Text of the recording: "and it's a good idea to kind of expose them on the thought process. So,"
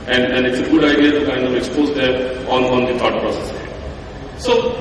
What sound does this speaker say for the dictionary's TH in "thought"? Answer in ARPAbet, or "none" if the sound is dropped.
T